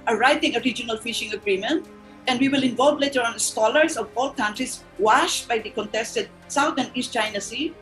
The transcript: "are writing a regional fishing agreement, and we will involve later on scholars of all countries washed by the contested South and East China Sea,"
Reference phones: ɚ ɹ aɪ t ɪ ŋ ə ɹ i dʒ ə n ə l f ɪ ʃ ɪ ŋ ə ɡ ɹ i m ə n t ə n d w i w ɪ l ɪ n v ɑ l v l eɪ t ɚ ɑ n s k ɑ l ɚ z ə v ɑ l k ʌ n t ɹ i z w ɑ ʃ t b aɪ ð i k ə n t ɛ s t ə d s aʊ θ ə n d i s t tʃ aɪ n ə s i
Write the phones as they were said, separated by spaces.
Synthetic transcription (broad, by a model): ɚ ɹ aɪ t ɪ ŋ ə ɹ i dʒ ə n ə l f ɪ ʃ ɪ ŋ ə ɡ ɹ i m ə n t ə n d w i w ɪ l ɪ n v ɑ l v l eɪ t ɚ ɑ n s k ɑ l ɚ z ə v ɑ l k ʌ n t ɹ i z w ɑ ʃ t b aɪ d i k ə n t ɛ s t ə d s aʊ t ə n d i s t tʃ aɪ n ə s i